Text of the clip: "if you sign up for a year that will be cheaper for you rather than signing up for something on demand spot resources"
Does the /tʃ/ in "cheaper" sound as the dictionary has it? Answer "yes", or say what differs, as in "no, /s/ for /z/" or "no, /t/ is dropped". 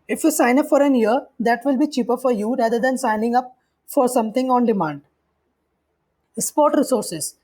yes